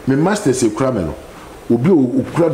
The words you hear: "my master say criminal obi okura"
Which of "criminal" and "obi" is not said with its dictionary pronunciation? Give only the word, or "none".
criminal